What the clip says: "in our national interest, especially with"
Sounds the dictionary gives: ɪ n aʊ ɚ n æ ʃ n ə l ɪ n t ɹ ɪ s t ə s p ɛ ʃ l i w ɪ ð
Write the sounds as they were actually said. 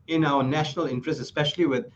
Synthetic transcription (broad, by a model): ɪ n aʊ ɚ n æ ʃ n ə l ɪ n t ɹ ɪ s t ə s p ɛ ʃ l i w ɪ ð